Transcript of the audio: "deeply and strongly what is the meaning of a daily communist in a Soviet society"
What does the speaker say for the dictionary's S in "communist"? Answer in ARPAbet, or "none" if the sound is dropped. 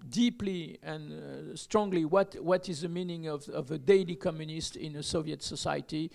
S